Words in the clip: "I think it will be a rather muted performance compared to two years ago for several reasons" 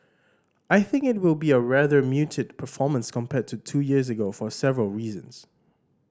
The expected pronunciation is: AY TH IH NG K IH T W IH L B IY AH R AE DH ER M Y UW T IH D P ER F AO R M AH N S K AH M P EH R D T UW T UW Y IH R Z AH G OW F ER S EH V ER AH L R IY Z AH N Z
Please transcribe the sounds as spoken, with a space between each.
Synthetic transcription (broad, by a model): AY TH IH NG K IH T W IH L B IY AH R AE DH ER M Y UW T IH D P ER F AO M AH N S K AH M P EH T UW T UW Y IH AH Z AH G OW F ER S EH V ER AH L R IY Z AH N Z